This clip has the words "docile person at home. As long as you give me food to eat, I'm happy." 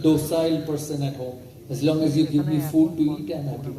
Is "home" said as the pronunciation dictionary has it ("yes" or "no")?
no